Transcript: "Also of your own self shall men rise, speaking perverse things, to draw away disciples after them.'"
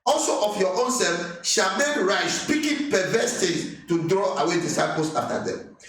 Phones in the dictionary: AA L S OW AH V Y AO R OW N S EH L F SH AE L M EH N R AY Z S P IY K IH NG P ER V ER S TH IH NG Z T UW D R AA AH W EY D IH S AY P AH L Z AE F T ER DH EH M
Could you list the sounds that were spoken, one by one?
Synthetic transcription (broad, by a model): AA L S OW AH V Y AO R OW N S EH L F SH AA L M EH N R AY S P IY K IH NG P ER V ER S T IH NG S T UW D R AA AH W EY D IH S AY P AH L S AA F T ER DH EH M